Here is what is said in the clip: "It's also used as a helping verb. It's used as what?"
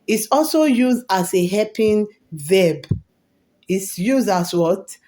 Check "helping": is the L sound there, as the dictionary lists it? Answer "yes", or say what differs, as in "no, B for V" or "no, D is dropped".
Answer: no, L is dropped